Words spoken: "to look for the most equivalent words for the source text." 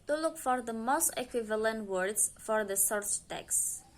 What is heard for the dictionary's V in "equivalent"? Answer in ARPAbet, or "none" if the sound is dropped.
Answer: V